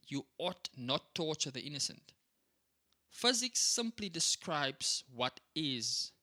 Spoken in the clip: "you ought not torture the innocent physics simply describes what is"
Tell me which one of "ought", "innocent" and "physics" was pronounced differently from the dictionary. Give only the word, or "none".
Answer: none